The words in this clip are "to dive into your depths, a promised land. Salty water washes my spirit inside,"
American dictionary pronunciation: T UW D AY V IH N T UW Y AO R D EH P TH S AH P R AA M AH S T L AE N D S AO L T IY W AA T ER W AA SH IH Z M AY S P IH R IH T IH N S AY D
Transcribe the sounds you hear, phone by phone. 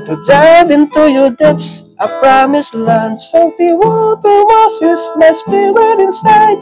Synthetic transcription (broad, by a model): T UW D AY V IH N T UW Y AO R D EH P S AH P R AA M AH S L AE N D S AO T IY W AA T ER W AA S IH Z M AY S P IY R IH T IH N S AY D